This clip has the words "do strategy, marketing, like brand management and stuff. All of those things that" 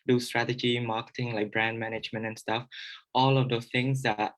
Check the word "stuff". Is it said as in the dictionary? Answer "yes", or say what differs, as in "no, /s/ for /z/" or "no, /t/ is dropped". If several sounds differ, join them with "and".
yes